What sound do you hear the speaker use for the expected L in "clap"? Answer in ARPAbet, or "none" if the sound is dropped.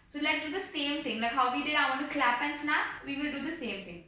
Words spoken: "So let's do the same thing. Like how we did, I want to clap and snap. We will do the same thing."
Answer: L